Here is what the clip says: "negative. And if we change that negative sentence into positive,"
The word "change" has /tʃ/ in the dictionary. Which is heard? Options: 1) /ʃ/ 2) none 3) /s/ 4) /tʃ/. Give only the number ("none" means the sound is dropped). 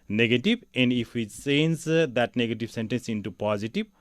3